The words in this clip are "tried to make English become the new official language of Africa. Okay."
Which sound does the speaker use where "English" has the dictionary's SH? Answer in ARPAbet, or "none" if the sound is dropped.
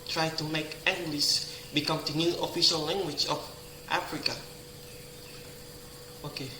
S